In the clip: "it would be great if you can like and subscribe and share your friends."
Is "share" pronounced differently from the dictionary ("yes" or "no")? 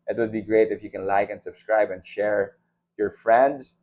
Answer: no